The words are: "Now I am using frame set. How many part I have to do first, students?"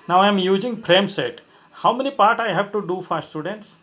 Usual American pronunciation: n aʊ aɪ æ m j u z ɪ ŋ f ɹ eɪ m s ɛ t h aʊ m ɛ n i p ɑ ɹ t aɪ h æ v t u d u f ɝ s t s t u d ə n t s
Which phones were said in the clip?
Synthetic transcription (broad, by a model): n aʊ aɪ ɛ m j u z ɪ ŋ p ɹ eɪ m s ɛ t h aʊ m ɛ n i p ɑ ɹ t aɪ h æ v t u d u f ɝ t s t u d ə n t s